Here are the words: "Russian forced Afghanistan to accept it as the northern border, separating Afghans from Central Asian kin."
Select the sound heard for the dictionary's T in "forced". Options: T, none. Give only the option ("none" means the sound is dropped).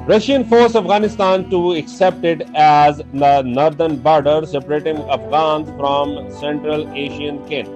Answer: none